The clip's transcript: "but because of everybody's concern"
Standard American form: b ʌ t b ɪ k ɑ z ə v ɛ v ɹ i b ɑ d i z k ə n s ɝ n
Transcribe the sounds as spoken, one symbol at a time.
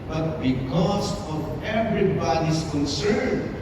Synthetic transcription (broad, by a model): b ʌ t b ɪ k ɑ s ə v ɛ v ɹ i b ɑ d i s k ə n s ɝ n